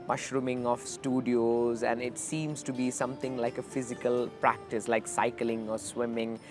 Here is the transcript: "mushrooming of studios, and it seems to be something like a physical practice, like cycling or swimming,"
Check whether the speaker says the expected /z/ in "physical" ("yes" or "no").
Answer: yes